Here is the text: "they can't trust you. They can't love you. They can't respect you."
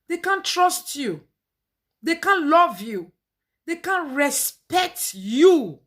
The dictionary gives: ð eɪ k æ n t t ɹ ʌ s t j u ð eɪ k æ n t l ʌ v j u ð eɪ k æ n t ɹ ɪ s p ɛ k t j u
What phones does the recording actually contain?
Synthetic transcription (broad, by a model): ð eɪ k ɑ n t t ɹ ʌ s t j u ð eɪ k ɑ n l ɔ v j u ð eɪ k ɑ n ɹ ɪ s p ɛ k t j u